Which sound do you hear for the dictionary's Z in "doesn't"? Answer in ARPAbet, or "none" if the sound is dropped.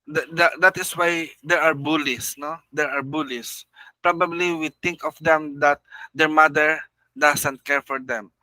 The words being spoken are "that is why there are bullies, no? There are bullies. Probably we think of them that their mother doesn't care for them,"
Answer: S